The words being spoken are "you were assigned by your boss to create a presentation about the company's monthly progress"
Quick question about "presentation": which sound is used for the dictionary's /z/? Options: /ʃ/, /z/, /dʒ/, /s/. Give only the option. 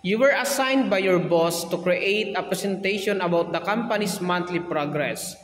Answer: /s/